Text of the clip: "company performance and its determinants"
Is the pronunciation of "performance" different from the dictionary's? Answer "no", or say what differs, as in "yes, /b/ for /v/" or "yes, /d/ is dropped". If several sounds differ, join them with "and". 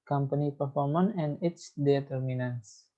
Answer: yes, /s/ is dropped